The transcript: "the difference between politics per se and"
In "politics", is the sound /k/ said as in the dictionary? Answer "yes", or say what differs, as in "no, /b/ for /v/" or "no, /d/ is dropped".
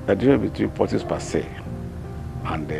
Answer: no, /k/ is dropped